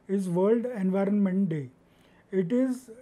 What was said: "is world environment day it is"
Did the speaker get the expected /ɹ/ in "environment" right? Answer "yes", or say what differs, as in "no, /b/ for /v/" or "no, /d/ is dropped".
yes